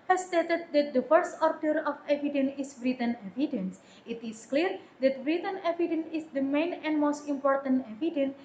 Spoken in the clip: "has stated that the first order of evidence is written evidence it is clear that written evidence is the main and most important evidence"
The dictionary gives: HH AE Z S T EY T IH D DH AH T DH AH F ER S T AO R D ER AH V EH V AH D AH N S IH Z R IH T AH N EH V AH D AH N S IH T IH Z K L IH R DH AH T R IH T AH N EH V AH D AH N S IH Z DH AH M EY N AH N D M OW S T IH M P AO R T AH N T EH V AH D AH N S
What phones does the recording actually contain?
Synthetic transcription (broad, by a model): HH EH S S T EY T IH D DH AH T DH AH F ER S T AO R D ER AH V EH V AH D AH N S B R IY T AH N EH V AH D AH N S IH T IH S K L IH R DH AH T R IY T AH N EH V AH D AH N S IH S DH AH M EY N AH N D M OW S T IH M P AO R T AH N T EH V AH D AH N